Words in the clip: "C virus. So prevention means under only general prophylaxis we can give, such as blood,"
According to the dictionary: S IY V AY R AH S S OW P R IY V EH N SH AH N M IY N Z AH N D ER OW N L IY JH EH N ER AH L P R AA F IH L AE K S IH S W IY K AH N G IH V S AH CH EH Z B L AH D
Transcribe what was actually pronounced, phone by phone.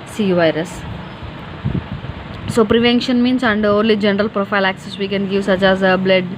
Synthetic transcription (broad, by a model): S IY V AY R AH S S OW P R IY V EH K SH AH N M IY N S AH N D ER OW N L IY JH EH N ER AH L P R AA F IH L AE K S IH S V IY K AH N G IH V S AH CH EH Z B L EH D